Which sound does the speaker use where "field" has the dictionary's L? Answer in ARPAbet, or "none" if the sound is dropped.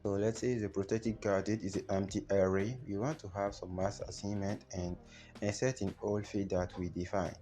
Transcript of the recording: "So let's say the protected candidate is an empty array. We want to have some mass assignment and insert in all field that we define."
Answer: none